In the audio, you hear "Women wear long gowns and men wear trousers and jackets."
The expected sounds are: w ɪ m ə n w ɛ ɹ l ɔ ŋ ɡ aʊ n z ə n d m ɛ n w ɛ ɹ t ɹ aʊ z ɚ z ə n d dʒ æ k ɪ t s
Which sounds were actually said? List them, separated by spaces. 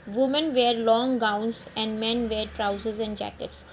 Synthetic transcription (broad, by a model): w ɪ m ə n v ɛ ɹ l ɔ ŋ ɡ aʊ n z ə n d m ɛ n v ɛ ɹ t ɹ aʊ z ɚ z ə n d dʒ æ k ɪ t s